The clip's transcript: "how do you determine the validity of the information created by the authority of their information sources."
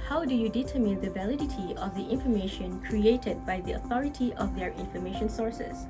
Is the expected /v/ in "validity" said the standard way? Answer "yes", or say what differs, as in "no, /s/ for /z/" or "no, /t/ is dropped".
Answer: yes